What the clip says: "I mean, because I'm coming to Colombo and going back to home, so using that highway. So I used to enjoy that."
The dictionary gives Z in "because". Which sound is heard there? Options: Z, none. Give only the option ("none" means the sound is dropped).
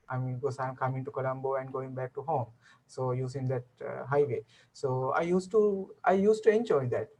none